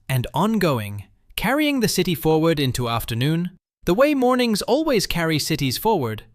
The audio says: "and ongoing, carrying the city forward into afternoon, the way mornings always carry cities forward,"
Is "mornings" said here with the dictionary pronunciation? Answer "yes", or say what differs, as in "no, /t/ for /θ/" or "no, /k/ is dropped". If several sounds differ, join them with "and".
yes